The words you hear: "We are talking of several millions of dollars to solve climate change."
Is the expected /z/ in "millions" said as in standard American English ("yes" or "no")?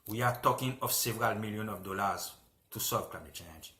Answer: no